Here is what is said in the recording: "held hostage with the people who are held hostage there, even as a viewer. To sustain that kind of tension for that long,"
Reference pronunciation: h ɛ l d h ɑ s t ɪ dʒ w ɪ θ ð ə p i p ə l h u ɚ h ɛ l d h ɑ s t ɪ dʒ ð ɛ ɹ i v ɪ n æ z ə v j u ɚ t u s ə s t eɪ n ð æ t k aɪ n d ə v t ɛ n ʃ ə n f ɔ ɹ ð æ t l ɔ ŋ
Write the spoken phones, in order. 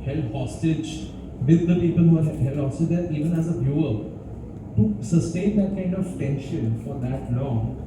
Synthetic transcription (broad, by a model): h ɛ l h ɑ s t ɪ dʒ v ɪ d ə p i p ə l h u ɚ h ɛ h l h ɑ s t ɪ dʒ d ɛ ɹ i v ɪ n æ z ə b j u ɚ t u s ə s t eɪ n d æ t k aɪ n d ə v t ɛ n ʃ ə n f ɔ ɹ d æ t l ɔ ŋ